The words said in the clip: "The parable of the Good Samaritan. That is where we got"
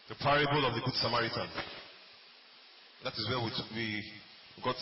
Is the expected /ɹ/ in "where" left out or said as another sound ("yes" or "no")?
yes